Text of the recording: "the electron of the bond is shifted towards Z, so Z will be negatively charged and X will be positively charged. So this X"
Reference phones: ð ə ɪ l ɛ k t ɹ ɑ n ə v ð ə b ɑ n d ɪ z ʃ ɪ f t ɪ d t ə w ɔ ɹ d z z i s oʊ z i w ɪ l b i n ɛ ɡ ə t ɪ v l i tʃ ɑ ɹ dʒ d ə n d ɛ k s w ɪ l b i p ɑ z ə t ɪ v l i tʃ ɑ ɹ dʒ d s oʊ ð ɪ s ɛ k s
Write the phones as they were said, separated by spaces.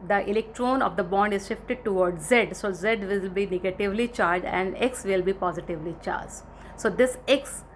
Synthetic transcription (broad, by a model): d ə ɪ l ɛ k t ɹ ɑ n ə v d ə b ɑ n d ɪ z ʃ ɪ f t ɪ d t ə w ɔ ɹ d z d s oʊ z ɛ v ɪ l b i n ɛ ɡ ə t ɪ v l i tʃ ɑ ɹ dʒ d ə n d ɛ k s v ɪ l b i p ɑ z ə t ɪ v l i tʃ ɑ ɹ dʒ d s oʊ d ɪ s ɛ k s